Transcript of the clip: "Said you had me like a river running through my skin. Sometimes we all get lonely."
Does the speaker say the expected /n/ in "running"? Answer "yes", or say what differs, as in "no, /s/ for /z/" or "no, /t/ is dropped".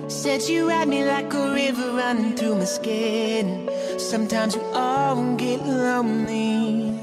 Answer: yes